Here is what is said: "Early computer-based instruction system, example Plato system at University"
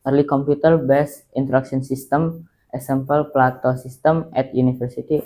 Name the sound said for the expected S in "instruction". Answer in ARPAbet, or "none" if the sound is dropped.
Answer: none